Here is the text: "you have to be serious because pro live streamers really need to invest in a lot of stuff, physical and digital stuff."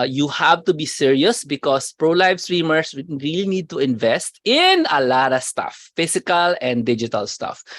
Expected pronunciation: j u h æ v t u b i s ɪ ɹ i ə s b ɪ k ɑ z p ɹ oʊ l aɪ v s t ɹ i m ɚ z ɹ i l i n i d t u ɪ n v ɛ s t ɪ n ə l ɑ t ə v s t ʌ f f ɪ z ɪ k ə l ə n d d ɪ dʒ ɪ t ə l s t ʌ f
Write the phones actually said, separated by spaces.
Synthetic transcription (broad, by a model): j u h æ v t u b i s ɪ ɹ i ə s b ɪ k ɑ s p ɹ oʊ l aɪ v s t ɹ i m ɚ s ɹ i l i n i d t u ɪ n v ɛ s t ɪ n ə l ɑ t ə s t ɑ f f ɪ s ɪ k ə l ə n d d ɪ dʒ ɪ t ə l s t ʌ f